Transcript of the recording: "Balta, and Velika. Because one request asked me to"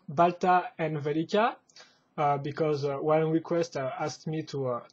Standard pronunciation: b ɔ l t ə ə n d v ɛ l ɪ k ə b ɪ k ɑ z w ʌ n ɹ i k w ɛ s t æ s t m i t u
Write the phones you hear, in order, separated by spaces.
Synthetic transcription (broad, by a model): b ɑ l t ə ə n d v ɛ l ɪ k ə b ɪ k ɑ z w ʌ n ɹ i k w ɛ s t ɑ s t m i t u